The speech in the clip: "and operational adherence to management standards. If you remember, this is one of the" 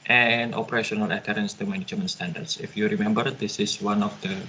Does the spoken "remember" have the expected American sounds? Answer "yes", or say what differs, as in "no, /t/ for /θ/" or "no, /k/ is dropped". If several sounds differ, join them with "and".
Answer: yes